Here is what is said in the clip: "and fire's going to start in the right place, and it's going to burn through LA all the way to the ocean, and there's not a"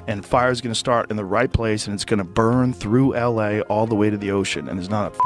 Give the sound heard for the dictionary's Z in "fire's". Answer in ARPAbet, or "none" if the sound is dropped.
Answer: Z